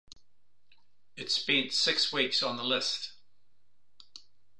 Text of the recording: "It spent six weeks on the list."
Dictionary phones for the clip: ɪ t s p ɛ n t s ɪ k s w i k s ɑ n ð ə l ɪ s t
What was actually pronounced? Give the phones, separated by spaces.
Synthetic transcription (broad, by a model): ɪ t s b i n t s ɪ k s w i k s n ð ə l ɪ s t